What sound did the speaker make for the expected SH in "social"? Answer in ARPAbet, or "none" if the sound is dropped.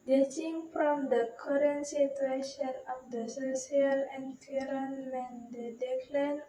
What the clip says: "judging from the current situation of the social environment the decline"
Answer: S